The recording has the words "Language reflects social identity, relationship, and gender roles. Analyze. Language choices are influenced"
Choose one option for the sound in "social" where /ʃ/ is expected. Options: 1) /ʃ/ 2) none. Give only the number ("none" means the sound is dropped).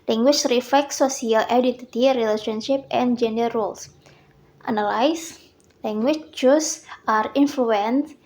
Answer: 2